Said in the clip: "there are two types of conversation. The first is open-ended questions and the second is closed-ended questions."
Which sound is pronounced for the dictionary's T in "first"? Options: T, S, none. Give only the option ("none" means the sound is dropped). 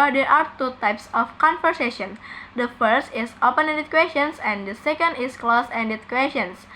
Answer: T